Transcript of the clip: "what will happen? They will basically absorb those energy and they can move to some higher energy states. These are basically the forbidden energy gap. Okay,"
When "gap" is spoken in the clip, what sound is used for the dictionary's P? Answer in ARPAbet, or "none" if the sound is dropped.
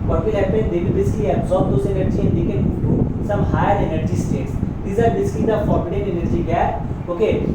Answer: none